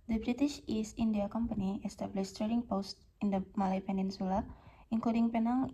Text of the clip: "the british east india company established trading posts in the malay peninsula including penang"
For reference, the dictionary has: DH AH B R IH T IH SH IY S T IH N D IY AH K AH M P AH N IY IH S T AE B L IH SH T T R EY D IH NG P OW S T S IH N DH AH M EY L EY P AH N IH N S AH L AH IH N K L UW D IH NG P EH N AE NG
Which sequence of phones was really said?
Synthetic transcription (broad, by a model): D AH B R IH T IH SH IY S IH N D IY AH K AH M P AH N IY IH S T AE B L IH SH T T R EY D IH NG P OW S T IH N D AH M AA L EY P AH N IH N S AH L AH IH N K L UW D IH NG P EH N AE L